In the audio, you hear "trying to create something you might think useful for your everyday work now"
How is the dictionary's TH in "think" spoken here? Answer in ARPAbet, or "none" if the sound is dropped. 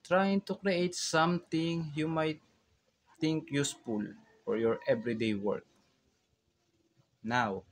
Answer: T